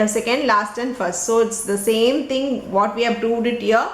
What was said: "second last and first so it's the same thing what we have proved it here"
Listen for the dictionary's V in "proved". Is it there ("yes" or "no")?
yes